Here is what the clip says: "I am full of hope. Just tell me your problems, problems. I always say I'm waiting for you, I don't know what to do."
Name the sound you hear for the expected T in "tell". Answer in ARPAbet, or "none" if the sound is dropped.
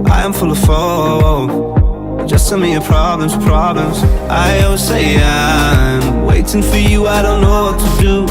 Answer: S